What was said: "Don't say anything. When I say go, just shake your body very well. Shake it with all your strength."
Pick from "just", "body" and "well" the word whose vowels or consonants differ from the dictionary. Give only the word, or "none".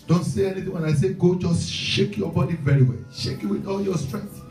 none